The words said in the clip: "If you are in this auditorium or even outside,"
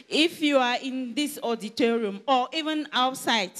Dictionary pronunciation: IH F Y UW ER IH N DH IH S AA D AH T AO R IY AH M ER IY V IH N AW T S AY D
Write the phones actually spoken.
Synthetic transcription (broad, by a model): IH F Y UW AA IH N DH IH S AA D AH T AO R IY AH M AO IY V IH N AW T S AY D